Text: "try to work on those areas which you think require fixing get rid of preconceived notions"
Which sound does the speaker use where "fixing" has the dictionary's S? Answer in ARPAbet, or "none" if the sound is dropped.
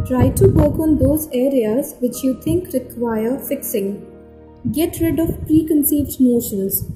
S